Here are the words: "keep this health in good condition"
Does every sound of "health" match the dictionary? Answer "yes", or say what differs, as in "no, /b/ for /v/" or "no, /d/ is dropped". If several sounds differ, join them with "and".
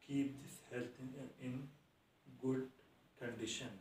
no, /t/ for /θ/